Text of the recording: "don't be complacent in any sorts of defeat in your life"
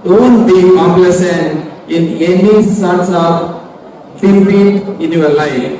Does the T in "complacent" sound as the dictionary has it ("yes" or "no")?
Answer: no